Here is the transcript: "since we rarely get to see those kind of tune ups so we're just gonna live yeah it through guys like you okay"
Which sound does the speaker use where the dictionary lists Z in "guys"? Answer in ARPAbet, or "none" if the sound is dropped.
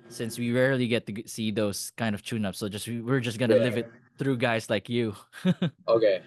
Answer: S